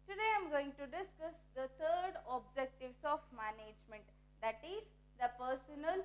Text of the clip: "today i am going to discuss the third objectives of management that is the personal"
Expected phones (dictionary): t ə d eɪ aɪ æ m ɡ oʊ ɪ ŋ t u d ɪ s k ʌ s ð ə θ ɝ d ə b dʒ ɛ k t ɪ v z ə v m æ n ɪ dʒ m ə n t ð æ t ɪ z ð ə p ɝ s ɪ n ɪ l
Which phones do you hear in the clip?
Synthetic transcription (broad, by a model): t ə d eɪ aɪ m ɡ oʊ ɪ ŋ t u d ɪ s k ʌ s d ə t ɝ d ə b dʒ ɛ k t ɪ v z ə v m æ n ɪ dʒ m ə n t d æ t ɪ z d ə p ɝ s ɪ n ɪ l